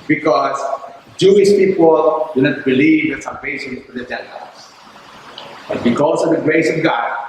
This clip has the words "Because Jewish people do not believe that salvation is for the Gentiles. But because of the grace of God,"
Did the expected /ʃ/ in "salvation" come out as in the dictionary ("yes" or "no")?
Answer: no